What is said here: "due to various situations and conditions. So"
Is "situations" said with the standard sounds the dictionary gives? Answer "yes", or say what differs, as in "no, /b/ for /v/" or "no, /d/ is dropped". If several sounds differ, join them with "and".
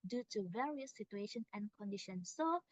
no, /z/ is dropped